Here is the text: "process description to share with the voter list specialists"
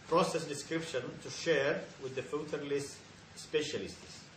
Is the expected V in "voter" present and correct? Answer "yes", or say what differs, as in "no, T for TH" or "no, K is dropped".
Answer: no, F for V